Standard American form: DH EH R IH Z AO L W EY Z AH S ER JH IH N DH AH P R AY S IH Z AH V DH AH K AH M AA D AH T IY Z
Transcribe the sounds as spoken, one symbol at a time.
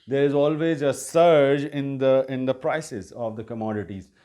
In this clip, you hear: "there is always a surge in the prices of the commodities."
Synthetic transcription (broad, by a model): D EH R IH Z AO L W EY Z AH S ER JH IH N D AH P R AY S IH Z AH V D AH K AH M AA D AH T IY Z